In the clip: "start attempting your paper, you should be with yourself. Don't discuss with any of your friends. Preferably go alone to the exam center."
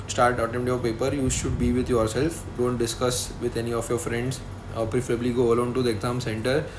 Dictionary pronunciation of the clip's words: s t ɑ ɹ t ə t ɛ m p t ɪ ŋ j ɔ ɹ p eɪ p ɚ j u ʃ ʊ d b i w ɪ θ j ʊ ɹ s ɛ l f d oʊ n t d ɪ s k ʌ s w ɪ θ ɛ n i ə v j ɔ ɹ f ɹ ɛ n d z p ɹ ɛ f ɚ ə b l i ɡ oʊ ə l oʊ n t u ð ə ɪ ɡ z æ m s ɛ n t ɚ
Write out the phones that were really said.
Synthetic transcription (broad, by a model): s t ɑ ɹ t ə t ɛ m t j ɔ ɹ p eɪ p ɚ j u ʃ ʊ d b i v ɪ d j ʊ ɹ s ɛ l f d oʊ n t d ɪ s k ʌ s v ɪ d ɛ n i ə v j ɔ ɹ f ɹ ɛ n d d p ɹ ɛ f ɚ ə b l i ɡ oʊ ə l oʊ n t u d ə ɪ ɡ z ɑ m s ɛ n t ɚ